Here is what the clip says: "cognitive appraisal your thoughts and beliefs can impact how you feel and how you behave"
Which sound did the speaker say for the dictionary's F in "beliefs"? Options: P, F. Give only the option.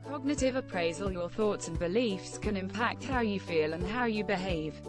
F